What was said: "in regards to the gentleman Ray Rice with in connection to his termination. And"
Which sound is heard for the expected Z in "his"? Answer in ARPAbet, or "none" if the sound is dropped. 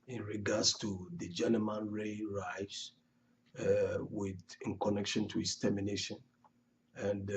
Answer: S